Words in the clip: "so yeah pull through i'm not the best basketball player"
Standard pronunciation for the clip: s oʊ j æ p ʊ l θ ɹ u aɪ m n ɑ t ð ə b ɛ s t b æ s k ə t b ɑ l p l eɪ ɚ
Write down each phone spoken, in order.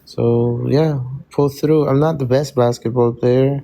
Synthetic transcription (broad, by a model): s oʊ j æ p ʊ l θ ɹ u aɪ m n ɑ t ð ə b ɛ s t b æ s k ə t b ɑ l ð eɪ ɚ